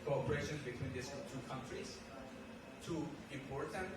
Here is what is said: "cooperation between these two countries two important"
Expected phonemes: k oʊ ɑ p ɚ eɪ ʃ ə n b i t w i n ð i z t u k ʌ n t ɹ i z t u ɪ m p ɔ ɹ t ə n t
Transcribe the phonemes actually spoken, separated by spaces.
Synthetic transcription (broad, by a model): k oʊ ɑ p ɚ eɪ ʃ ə n b i t w i n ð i s t u k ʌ n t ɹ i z t u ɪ m p ɔ ɹ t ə n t